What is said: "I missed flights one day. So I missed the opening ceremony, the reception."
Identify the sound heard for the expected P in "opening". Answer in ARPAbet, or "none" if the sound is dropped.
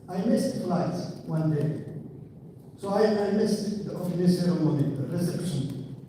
F